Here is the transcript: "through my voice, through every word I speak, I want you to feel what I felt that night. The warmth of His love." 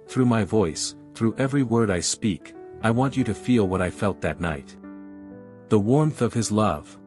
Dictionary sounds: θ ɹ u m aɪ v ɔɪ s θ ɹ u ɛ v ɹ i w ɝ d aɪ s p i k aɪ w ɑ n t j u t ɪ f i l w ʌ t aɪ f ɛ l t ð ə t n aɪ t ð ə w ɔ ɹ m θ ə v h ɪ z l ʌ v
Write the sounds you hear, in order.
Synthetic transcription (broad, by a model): θ ɹ u m aɪ v ɔɪ s θ ɹ u ɛ v ɹ i w ɝ d aɪ s p i k aɪ w ɑ n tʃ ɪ t ɪ f i l w ʌ t aɪ f ɛ l t ð ə t n aɪ t ð ə w ɔ ɹ m θ ə v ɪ z l ʌ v